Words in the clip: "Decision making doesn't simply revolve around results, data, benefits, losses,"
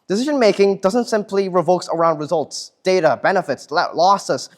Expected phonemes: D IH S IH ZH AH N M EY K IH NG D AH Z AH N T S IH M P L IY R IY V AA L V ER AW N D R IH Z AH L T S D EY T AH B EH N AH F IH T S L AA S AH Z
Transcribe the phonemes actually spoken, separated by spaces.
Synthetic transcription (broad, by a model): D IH S IH ZH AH N M EY K IH NG D AH Z AH N T S IH M P L IY R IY V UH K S ER AW N D R IH Z AH L T S D EY T AH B EH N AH F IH T S L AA S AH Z